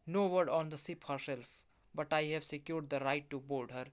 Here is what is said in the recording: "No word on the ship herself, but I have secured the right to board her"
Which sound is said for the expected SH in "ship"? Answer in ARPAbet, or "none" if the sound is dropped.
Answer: S